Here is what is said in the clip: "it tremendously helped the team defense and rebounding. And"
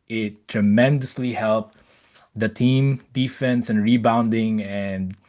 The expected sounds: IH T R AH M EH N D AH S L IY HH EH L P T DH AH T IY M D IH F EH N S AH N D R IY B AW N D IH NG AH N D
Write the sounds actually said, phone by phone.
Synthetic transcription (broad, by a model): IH T R AH M EH N D AH S L IY HH EH L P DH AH T IY M D IH F EH N S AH N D R IY B AW N D IH NG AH N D